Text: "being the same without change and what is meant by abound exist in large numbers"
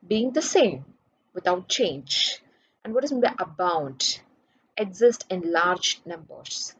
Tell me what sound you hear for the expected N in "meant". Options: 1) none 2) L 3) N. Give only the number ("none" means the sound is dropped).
1